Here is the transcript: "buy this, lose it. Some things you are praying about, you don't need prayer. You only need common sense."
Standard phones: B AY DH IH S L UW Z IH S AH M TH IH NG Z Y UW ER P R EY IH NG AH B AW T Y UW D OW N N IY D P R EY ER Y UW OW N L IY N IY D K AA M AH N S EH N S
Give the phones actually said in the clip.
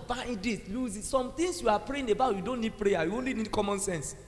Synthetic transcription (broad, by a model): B AY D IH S L UW Z IH S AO M T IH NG S Y UW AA P R EY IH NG AH B AW T Y UW D OW N N IY D P R EY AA Y UW OW N L IY N IY D K AA M AH N S EH N S